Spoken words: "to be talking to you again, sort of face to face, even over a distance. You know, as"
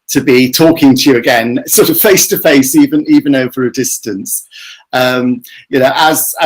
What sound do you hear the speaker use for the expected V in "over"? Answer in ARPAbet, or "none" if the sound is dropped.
V